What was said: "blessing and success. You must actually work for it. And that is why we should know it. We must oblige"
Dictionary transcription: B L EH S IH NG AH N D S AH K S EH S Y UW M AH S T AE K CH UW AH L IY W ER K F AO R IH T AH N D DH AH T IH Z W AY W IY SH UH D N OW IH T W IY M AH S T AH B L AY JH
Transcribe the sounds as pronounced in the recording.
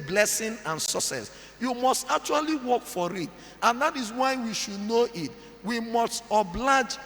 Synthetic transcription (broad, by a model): B L EH S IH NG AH N S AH S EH S Y UW M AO S T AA K CH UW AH L IY W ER K F AO R IH T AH N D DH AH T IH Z W AY W IY SH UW D N OW IH T W IY M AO S T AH B L AY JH